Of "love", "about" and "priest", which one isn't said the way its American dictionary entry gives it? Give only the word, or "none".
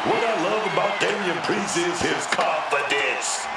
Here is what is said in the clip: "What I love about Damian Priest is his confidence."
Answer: priest